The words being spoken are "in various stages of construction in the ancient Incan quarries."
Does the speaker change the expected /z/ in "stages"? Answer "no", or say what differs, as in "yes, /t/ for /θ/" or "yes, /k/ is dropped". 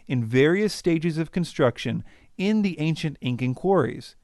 no